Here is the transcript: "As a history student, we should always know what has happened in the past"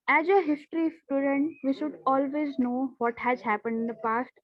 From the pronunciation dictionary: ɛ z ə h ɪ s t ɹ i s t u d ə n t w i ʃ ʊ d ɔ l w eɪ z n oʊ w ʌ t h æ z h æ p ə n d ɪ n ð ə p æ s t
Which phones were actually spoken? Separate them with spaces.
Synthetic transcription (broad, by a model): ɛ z ə h ɪ s t ɹ i s t u d ə n t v i ʃ ʊ d ɔ l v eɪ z n oʊ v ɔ t h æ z h æ p ə n d ɪ n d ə p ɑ s t